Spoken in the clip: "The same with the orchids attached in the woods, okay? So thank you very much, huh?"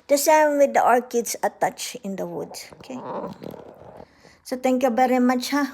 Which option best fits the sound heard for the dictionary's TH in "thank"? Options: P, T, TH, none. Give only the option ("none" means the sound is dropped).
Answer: T